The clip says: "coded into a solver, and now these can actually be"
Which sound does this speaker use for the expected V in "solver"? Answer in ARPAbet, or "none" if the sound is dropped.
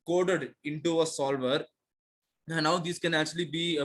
V